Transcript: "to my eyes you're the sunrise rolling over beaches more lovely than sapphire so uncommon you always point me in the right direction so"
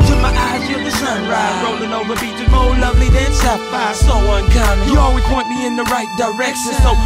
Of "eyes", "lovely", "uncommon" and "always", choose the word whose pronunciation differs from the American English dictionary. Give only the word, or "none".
uncommon